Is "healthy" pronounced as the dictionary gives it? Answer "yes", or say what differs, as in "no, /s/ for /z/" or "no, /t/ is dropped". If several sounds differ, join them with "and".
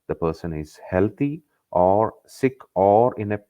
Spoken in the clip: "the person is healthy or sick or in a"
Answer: no, /t/ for /θ/